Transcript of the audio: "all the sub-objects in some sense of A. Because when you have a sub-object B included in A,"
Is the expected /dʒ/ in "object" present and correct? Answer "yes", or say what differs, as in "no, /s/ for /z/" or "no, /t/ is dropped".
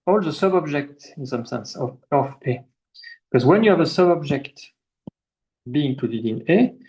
yes